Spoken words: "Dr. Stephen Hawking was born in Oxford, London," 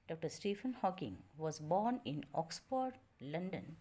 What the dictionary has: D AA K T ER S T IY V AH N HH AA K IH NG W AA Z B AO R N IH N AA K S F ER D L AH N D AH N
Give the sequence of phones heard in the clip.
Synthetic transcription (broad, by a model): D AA K T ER S T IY F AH N HH AA K IH NG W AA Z B AO R N IH N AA K S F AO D L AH N D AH N